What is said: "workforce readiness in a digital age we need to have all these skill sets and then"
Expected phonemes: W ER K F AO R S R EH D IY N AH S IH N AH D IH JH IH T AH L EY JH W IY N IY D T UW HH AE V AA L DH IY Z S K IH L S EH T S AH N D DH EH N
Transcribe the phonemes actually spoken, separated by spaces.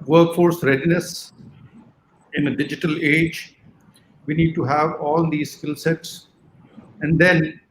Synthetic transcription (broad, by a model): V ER K F AO R S R EH D IY N AH S IH N AH D IH JH IH T AH L EY JH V IY N IY D T UW HH AE V AA L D IY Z S K IH L S EH T S AH N D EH N